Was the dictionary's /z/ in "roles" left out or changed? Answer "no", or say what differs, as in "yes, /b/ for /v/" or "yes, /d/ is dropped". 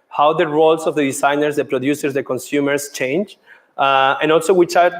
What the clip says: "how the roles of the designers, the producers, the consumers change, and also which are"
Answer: yes, /s/ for /z/